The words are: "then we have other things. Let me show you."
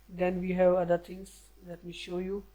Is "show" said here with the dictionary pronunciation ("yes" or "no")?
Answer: yes